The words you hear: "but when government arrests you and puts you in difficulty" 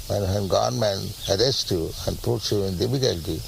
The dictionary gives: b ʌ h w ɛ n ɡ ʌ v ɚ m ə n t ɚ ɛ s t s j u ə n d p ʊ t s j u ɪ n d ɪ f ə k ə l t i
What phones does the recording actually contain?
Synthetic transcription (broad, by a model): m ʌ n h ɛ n ɡ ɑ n m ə n ɚ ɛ s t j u ə n d p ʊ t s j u ɪ n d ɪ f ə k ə l t i